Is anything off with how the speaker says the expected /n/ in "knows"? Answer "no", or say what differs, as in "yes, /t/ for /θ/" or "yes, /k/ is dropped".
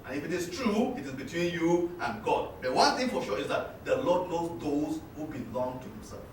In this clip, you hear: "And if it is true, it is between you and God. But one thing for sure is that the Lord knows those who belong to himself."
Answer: yes, /l/ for /n/